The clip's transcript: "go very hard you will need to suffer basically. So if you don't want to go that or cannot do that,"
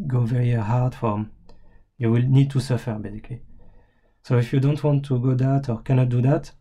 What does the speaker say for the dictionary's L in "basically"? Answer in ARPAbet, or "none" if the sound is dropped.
none